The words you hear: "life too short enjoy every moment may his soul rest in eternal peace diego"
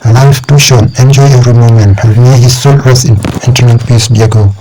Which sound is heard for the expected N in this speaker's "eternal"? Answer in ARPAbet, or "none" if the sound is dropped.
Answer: none